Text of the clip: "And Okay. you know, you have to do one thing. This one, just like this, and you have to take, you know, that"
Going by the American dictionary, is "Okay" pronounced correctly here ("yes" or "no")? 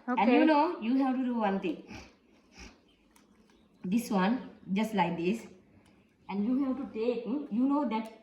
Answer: no